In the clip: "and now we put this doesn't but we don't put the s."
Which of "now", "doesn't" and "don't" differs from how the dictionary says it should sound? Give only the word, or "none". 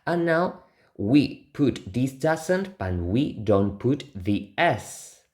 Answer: doesn't